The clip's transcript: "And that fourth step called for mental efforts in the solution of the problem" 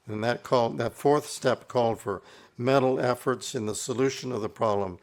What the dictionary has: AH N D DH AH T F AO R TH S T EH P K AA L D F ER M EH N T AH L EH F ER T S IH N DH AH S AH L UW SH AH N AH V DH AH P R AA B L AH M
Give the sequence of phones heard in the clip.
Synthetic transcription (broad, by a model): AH N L DH AH T F AO R TH S T EH P K AA L D F ER M EH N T L EH F ER T S IH N DH AH S AH L UW SH AH N AH V DH AH P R AA B L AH M